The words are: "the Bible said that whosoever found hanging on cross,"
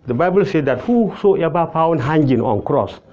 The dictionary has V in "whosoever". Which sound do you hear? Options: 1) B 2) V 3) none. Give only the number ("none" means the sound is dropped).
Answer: 1